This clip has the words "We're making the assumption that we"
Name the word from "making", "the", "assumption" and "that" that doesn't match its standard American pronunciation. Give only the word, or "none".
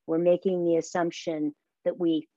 none